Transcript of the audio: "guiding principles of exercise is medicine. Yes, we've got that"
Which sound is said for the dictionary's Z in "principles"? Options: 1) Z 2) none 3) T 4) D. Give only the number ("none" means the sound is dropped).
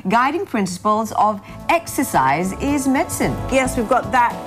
1